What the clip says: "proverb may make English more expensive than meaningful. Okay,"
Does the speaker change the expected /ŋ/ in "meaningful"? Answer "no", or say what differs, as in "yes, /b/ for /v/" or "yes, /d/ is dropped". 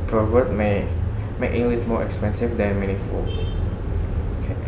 yes, /ŋ/ is dropped